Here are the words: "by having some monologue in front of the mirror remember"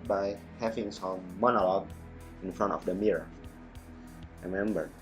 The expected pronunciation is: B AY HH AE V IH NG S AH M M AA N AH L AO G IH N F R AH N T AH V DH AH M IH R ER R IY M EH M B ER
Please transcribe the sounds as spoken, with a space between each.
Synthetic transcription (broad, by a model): B AY HH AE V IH NG S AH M M AA N AH L AO G IH N F R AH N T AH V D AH M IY R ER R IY M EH M B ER